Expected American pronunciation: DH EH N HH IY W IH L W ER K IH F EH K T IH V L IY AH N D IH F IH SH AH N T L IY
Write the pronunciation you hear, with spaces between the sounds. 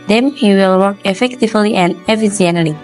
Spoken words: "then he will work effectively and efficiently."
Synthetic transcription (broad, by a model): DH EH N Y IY W IH L W ER K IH F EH K T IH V L IY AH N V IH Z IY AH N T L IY